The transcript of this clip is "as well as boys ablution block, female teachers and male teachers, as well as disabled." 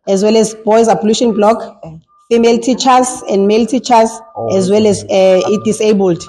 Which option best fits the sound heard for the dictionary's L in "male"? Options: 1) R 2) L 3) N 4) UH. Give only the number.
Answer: 2